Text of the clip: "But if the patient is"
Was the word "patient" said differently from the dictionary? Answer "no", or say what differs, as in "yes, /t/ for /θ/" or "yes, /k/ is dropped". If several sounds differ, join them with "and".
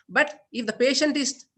no